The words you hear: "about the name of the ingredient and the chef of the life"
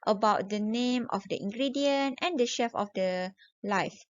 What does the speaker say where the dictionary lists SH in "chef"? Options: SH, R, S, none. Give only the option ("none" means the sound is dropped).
SH